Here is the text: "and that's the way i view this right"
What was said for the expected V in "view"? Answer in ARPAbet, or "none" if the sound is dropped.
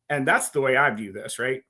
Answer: V